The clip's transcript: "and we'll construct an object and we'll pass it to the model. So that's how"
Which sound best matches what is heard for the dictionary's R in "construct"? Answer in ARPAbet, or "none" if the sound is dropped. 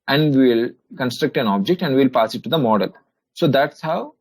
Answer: R